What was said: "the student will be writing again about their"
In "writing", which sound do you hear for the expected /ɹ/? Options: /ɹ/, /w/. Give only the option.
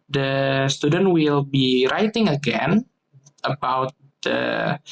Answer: /ɹ/